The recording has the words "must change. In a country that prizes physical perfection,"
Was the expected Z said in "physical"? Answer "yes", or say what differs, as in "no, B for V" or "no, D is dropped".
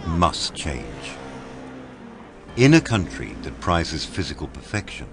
yes